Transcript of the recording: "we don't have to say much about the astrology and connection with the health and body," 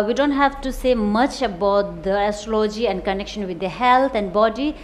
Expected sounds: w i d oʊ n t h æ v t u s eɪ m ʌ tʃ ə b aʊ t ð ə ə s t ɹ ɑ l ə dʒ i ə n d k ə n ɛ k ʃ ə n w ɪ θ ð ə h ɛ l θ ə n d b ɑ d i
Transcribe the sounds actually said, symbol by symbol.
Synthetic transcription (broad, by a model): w i d oʊ n t h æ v t u s eɪ m ʌ tʃ ə b aʊ t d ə ə s t ɹ ɑ l ə dʒ i ə n d k ə n ɛ k ʃ ə n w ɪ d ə h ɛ l t ə n d b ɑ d i